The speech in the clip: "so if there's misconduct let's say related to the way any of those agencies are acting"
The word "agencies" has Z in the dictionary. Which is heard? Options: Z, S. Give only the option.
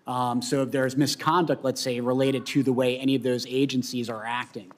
Z